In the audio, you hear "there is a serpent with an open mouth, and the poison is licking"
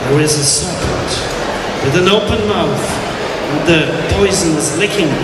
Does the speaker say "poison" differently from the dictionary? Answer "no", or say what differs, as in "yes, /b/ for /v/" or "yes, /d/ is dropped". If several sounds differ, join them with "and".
no